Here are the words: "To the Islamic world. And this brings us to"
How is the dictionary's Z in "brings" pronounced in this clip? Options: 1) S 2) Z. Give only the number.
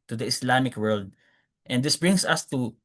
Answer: 1